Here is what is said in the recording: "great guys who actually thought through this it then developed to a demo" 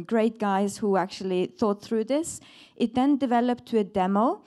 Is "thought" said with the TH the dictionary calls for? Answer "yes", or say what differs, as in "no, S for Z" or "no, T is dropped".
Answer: yes